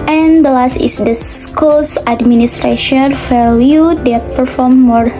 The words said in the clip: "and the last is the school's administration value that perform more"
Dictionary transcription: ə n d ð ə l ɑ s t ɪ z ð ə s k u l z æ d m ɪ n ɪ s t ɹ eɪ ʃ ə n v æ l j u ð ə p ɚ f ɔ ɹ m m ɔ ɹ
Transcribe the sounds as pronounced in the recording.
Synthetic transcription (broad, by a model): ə n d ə l ɑ s t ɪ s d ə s k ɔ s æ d m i n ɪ s t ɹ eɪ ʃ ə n f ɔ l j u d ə p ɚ f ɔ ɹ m m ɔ ɹ